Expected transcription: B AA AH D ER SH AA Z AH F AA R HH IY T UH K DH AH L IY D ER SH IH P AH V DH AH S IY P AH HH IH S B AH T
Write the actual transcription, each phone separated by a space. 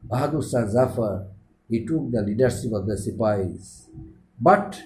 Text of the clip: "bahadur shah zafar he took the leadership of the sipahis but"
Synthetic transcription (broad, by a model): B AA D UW S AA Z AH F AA R HH IY T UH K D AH L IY D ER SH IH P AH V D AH S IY P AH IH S B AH T